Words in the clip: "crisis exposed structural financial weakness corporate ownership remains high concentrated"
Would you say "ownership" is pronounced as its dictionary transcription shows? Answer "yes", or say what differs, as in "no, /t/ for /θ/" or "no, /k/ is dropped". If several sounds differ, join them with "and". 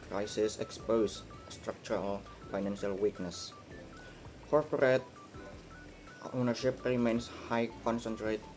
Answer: yes